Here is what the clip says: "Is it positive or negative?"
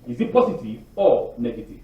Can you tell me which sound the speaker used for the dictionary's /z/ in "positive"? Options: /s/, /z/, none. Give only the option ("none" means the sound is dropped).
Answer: /s/